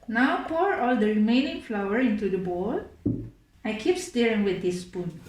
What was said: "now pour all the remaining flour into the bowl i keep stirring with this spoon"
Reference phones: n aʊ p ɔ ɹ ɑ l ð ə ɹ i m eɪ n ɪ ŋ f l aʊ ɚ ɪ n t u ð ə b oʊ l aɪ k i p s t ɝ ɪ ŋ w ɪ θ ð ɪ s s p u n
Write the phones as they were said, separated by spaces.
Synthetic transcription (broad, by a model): n aʊ p ɔ ɹ ɑ l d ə ɹ i m eɪ n ɪ ŋ f l aʊ ɚ ɪ n t u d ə b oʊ l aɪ k i p s t ɝ ɪ ŋ w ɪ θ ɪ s s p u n